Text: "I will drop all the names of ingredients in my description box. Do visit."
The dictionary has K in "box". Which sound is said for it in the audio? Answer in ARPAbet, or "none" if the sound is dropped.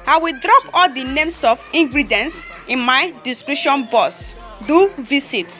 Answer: none